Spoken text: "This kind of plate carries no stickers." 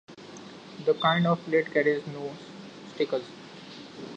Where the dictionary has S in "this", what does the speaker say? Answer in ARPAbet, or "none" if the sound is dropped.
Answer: none